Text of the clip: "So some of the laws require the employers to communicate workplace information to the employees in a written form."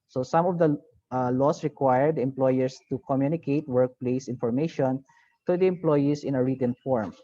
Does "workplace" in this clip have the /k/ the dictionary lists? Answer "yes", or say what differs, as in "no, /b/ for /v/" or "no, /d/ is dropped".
yes